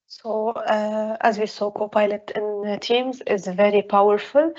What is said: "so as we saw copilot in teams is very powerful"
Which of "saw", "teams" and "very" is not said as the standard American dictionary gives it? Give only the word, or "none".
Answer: none